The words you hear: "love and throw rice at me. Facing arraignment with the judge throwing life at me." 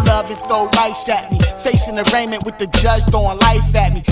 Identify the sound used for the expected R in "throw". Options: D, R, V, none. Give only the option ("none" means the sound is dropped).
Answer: none